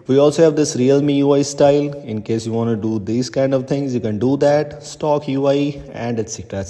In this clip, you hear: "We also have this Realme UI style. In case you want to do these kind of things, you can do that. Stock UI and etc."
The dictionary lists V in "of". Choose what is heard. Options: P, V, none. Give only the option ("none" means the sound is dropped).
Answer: V